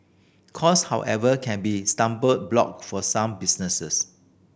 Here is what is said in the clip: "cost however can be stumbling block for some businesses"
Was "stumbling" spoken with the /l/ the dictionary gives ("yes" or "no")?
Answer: no